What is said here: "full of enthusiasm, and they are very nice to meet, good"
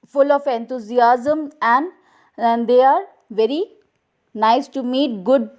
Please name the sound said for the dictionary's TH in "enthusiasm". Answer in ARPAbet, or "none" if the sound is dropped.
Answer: T